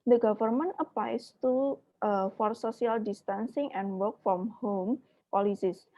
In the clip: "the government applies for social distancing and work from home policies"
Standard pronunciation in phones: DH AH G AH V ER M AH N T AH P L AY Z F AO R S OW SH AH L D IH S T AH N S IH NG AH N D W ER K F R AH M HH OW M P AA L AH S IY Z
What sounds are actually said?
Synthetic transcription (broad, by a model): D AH G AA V ER M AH N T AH P L AY S F AO R S OW S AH L D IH S T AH N S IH NG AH N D W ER K F R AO M HH OW M P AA L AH S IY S